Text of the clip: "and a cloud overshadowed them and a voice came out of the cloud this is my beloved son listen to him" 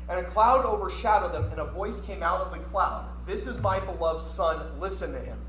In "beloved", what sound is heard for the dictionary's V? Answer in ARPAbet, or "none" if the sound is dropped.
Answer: V